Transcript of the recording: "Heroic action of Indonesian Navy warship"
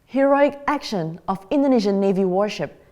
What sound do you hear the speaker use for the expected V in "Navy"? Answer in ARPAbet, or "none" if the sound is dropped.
V